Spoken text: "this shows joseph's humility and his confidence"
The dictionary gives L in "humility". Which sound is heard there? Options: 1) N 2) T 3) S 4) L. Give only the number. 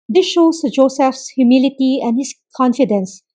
4